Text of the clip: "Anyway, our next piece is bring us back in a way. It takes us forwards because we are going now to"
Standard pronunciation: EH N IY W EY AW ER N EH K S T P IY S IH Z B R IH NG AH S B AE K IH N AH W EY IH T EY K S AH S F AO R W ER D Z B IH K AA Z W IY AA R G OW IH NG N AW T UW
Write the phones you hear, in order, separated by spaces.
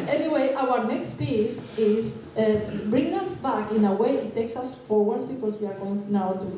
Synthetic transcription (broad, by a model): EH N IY W EY AW ER N EH K S T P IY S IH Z B R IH NG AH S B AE K IH N AH W EY IH T EY K S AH S F AO R W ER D B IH K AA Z W IY AA R G OW IH NG N AW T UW